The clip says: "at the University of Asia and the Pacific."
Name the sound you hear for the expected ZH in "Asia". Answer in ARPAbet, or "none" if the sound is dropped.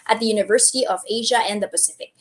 ZH